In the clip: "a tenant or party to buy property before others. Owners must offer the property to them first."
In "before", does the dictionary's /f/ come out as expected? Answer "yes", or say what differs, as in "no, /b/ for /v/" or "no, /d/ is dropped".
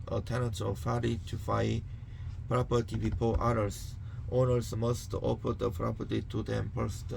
no, /p/ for /f/